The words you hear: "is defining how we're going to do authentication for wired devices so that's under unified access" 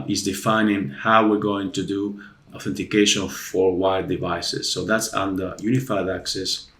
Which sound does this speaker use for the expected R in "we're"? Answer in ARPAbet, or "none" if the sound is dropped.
R